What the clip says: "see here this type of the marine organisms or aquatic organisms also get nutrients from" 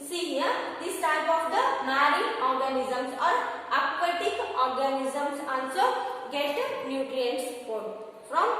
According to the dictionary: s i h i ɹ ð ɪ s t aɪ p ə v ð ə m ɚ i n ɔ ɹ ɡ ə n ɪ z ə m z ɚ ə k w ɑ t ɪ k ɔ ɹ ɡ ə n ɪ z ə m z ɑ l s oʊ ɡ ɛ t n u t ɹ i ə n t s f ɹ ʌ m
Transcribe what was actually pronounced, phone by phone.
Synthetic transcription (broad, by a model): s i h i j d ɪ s t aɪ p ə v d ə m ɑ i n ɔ ɹ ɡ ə n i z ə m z ɚ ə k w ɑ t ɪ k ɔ ɹ ɡ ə n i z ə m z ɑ n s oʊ ɡ ɛ t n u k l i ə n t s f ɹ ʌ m